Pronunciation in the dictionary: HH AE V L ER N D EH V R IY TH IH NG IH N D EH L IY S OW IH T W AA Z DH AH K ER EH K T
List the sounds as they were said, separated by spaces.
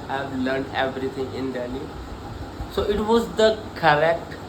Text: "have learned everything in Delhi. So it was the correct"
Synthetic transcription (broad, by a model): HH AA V L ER N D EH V R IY T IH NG IH N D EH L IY S OW IH T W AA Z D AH K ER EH K T